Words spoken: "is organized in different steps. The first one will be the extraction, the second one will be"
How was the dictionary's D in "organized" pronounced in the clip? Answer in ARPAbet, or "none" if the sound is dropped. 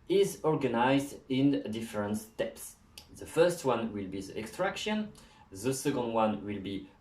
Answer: D